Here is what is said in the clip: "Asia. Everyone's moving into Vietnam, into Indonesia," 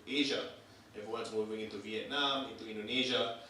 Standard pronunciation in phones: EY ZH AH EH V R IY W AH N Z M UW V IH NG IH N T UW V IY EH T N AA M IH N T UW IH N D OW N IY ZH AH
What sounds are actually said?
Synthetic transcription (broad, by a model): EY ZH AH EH V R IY W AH N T M UW V IH NG IH N T UW V IY EH T N AA M IH N T UW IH N D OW N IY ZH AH